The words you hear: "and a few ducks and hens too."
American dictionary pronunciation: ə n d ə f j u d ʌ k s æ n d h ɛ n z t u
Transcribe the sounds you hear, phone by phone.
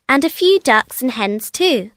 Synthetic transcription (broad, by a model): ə n ə f j u d ʌ k s n h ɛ n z t u